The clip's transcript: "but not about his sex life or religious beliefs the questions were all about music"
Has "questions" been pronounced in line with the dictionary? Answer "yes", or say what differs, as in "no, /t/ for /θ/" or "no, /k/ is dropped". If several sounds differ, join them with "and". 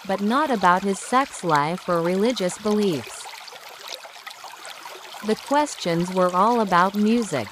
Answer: yes